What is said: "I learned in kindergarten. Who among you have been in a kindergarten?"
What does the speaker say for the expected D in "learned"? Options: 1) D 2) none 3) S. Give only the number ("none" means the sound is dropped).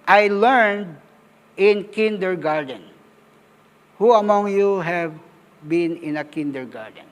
1